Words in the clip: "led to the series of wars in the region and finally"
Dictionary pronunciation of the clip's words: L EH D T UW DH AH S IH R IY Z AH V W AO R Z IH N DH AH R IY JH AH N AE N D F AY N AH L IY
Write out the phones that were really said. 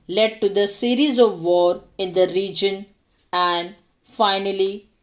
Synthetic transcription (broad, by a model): L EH D T UW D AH S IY R IY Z AH V AO R IH N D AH R IY JH AH N AE N D F AY N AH L IY